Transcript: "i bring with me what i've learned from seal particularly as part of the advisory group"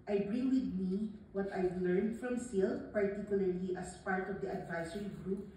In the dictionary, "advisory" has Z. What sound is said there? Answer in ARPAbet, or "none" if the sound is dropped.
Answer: S